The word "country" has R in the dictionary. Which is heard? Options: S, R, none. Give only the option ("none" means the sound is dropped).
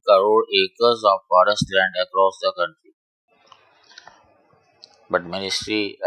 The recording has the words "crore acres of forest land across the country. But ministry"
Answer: none